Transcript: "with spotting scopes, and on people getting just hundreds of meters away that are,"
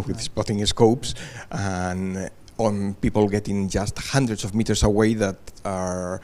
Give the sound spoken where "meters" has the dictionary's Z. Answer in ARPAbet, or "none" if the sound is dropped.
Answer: S